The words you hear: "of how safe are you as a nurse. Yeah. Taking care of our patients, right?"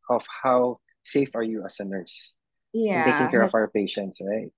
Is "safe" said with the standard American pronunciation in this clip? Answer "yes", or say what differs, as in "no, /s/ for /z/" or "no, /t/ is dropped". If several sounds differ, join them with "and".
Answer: yes